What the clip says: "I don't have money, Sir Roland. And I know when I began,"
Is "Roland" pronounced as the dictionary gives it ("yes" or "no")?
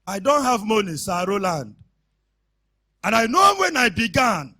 yes